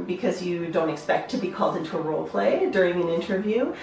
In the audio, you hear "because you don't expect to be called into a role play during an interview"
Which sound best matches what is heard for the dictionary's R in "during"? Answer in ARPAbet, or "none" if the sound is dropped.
R